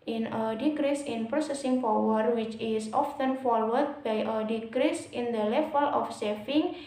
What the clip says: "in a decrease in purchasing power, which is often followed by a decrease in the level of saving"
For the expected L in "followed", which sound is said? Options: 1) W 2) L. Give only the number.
1